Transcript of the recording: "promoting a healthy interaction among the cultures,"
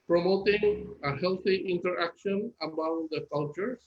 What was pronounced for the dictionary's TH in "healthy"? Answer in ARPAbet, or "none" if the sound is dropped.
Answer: T